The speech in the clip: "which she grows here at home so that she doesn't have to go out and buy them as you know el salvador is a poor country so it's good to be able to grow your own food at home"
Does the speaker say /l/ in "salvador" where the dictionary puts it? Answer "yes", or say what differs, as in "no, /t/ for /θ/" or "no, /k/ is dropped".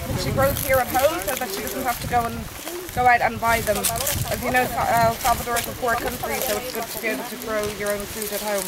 no, /l/ is dropped